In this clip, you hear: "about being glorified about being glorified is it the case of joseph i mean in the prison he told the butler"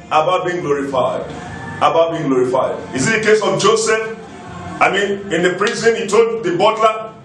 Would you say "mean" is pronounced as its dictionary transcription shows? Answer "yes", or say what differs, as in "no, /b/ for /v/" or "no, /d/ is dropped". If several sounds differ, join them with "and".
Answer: yes